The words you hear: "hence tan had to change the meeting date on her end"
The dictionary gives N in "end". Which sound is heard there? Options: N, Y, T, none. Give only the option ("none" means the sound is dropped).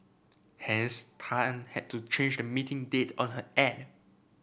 none